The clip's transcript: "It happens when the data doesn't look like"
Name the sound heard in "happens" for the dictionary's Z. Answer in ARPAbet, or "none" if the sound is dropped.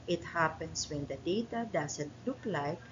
S